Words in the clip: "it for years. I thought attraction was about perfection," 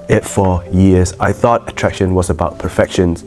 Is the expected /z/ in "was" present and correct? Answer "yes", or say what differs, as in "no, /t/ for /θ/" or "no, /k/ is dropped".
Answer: yes